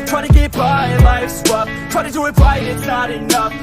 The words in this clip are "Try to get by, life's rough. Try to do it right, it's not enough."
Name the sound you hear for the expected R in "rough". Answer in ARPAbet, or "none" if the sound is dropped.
W